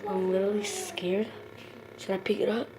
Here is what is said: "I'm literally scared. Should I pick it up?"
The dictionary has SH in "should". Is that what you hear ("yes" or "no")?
no